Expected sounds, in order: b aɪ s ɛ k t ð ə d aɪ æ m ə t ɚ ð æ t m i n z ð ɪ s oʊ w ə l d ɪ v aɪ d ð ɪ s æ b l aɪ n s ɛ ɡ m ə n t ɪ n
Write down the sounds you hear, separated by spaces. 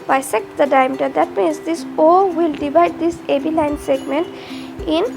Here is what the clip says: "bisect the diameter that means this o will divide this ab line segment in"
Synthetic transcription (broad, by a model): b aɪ s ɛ k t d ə d aɪ m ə t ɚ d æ t m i n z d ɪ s oʊ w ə l d ɪ v aɪ d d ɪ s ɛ b l aɪ n s ɛ ɡ m ə n t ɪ n